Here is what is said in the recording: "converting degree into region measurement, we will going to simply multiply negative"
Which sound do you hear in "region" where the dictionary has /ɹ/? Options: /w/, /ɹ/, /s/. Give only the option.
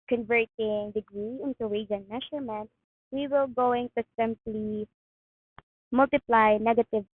/w/